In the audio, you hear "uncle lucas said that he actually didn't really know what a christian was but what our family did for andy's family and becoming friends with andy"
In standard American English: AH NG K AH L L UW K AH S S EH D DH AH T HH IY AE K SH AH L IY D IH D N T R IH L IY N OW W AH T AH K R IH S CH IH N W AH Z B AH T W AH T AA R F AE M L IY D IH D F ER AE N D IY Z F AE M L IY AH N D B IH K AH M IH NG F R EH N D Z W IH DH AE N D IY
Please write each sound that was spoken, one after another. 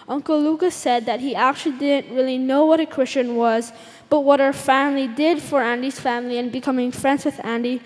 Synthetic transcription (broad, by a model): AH NG K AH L L UW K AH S S EH D DH AH T HH IY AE K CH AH L IY D IH D N T R IH L IY N OW W AH T AH K R IH S CH IH N W AH Z B AH T W AH T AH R F AE M L IY D IH D F ER AE N D IY Z F AE M L IY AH N B IH K AH M IH NG F R EH N D Z W IH DH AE N D IY